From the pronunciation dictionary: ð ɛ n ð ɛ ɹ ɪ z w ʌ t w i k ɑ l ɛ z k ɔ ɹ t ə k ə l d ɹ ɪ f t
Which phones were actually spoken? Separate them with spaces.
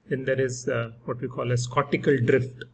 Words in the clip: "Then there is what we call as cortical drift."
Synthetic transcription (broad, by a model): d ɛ n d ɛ ɹ ɪ z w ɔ t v i k ɑ l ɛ s k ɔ t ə k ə l d ɹ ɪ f t